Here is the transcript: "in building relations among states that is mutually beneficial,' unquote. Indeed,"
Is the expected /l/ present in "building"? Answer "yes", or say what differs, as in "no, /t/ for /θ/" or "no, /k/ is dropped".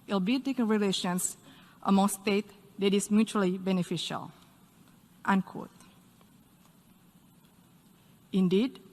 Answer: no, /l/ is dropped